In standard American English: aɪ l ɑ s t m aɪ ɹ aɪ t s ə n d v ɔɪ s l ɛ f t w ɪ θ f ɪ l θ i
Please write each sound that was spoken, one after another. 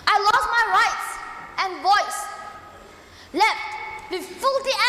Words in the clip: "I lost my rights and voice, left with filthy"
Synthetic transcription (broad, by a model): aɪ l ɑ s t m aɪ ɹ aɪ t s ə n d v ɔɪ s l ɛ f t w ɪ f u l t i